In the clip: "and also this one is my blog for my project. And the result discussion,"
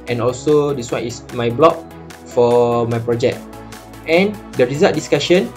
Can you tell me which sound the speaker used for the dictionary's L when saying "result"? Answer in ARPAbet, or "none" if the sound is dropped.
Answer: none